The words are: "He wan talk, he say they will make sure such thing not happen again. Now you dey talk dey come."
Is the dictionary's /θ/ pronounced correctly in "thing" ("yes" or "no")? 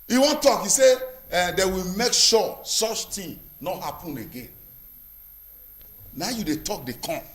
no